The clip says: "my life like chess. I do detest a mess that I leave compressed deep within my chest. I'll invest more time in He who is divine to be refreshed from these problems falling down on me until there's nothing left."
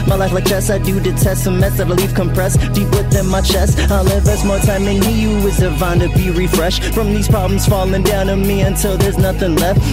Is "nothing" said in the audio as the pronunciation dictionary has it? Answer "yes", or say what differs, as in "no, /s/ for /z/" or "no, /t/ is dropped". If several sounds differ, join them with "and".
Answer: yes